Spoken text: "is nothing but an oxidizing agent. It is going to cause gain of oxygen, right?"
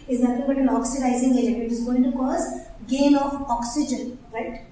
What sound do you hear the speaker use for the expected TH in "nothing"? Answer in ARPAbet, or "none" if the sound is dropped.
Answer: F